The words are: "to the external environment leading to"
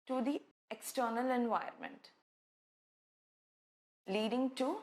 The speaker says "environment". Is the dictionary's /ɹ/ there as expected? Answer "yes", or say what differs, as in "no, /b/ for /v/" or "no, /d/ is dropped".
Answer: no, /ɹ/ is dropped